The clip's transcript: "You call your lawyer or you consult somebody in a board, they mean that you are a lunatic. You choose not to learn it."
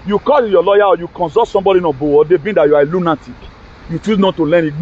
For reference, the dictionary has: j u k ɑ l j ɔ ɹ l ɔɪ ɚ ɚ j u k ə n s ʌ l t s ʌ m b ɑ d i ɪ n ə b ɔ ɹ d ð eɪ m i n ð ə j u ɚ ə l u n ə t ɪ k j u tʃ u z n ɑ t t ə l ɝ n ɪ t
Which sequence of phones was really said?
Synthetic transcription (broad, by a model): j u k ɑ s j ɔ l ɔɪ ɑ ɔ j u k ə n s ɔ t s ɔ m b ɑ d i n ə b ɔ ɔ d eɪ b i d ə j u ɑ ə l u n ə t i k j u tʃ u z n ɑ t t ə l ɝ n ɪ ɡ